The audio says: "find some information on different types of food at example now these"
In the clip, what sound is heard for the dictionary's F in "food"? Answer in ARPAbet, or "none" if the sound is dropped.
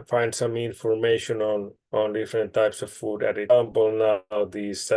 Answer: F